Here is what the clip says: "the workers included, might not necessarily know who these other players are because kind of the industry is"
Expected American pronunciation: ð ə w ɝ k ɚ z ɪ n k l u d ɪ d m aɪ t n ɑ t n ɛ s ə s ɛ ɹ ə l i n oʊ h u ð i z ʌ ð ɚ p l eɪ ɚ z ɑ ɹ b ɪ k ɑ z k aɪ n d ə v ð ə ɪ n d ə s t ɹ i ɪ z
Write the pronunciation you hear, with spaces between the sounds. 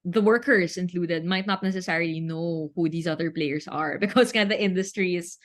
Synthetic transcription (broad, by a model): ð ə w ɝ k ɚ s ɪ n k l u d ɪ d m aɪ t n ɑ t n ɛ s ə s ɛ ɹ ə l i n oʊ h u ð i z ʌ ð ɚ p l eɪ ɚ s ɑ ɹ b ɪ k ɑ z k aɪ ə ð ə ɪ n d ə s t ɹ i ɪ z